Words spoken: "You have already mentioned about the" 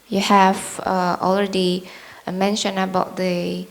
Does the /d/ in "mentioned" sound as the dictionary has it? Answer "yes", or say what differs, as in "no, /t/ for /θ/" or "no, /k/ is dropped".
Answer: no, /d/ is dropped